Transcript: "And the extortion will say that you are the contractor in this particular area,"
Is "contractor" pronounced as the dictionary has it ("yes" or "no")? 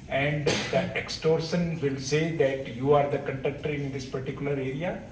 no